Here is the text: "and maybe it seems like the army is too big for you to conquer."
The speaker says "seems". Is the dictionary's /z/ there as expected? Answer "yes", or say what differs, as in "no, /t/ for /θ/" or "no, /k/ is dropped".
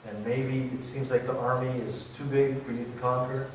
yes